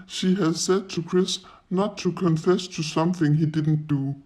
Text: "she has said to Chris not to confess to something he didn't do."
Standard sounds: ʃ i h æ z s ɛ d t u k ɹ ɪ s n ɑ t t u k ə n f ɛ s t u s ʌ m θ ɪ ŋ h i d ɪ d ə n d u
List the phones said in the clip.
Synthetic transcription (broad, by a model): ʃ i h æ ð s ɛ d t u k ɹ ɪ s n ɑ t t u k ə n f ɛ s t u s ʌ m θ ɪ ŋ h i d ɪ d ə n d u